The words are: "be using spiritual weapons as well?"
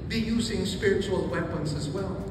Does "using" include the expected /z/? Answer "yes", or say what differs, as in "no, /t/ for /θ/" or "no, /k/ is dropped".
yes